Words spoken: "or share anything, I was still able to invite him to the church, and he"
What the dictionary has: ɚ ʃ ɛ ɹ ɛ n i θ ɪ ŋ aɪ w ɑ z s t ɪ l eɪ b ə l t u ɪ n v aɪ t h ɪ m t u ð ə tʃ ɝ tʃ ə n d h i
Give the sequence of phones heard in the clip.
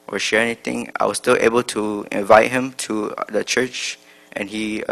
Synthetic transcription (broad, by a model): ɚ ʃ ɛ ɹ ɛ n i t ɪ ŋ aɪ w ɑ s t ɪ l eɪ b ə l t u ɪ n v aɪ t h ɪ m t u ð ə tʃ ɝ tʃ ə n h i